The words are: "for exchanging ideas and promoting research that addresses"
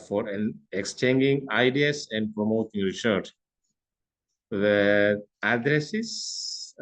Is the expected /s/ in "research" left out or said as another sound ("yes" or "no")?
yes